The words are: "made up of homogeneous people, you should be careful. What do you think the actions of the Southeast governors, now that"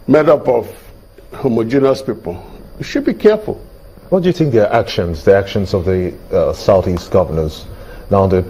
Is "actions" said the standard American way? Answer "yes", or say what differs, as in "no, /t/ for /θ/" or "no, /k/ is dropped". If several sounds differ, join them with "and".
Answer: yes